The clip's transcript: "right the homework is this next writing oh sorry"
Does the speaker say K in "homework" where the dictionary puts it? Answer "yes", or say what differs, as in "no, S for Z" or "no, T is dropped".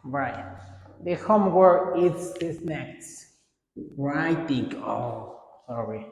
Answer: no, K is dropped